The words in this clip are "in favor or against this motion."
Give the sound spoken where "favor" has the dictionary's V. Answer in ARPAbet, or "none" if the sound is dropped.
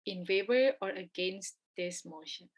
B